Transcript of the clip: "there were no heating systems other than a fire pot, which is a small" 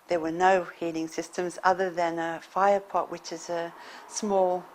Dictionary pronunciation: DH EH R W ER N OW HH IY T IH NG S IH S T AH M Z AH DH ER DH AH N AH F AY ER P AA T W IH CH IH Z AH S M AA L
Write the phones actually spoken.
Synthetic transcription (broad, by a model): DH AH R W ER N OW HH IY T IH NG S IH S T AH M Z AH DH ER DH AH N AH F AY ER P AA T W IH CH IH Z AH S M AA L